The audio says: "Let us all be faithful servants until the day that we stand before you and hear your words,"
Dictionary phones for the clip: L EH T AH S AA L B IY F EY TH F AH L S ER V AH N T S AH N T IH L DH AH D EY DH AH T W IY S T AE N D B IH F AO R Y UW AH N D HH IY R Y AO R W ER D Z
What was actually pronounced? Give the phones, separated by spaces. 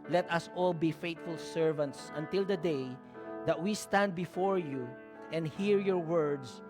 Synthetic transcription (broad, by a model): L EH T AH S AA L B IY F EY T F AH L S ER V AH N T S AH N T IH L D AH D EY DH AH T W IY S T AE N D B IH F AO R Y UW AH N D HH IY R Y AO R W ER D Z